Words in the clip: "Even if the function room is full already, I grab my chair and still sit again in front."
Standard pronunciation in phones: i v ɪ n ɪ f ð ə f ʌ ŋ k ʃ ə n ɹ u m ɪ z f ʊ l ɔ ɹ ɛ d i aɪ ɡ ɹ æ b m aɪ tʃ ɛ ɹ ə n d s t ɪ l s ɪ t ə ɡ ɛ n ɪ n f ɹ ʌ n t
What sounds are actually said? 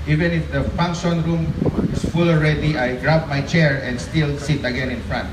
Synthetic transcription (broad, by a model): i v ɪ n ɪ f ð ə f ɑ ŋ k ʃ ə n ɹ u m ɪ s f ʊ l ɔ ɹ ɛ d i aɪ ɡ ɹ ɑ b m aɪ tʃ ɛ ɹ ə n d s t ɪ l s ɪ t ə ɡ ɛ n ɪ n f ɹ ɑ n t